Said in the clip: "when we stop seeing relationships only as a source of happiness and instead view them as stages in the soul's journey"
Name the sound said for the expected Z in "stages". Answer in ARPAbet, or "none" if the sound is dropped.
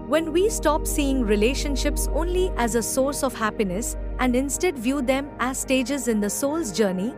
Z